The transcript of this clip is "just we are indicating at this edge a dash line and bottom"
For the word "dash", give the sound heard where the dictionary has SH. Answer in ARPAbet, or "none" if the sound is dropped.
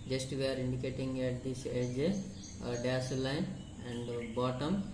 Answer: S